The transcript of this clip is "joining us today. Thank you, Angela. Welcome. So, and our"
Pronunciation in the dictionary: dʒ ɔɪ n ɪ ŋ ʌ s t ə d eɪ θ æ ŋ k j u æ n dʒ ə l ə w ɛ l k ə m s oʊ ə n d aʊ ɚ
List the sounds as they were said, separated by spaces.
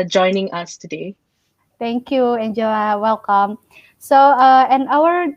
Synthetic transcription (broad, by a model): dʒ ɔɪ n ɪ ŋ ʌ s t ə d eɪ t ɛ ŋ k j u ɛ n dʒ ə ə w ɛ l k ə m s oʊ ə n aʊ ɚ